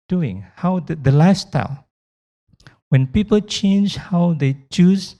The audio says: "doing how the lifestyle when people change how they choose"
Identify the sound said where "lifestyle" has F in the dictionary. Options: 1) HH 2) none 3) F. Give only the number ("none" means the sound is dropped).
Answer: 2